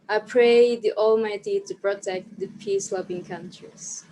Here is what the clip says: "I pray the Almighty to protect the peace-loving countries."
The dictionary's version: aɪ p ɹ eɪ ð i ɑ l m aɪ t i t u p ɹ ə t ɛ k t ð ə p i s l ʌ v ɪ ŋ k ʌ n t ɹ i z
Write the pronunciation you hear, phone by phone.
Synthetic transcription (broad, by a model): aɪ p ɹ eɪ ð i ɑ l m aɪ t i t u p ɹ ə t ɛ k t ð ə p i s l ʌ b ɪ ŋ k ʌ n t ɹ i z